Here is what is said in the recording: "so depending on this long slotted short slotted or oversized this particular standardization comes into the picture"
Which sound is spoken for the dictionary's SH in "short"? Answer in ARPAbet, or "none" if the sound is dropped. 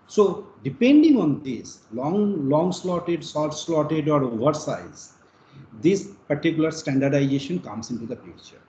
S